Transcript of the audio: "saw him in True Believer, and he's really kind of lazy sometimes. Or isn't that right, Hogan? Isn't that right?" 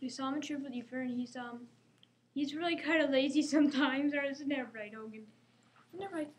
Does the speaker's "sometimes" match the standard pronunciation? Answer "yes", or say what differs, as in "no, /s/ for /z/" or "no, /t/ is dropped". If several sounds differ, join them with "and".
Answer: yes